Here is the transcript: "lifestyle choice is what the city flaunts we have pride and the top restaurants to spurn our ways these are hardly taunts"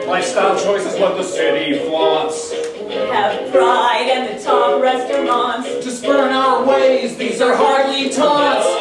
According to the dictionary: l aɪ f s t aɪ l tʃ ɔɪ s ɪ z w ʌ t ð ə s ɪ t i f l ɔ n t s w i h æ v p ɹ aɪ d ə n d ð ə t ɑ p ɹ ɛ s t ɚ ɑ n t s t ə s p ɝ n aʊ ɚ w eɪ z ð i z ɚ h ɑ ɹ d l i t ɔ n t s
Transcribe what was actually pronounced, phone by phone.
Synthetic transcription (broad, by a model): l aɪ s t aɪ tʃ ɔɪ s ɪ z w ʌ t ð ə s ɪ t i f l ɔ t s w i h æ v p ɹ aɪ d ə n ð ə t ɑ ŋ ɹ ɛ s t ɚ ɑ n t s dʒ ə s b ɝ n aʊ ɚ w eɪ z ð i z ɚ h ɑ ɹ d l i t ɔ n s